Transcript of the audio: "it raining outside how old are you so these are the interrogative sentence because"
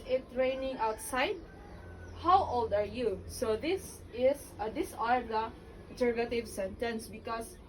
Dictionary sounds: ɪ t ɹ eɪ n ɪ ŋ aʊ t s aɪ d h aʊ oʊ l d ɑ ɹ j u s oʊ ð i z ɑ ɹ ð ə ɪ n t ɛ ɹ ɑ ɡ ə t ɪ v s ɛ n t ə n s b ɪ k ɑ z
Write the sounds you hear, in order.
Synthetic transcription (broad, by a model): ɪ t ɹ eɪ n ɪ ŋ aʊ t s aɪ d h aʊ oʊ l d ɑ ɹ j u s oʊ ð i s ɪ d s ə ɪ l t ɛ ɹ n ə t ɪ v s ɛ n t ə n s b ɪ k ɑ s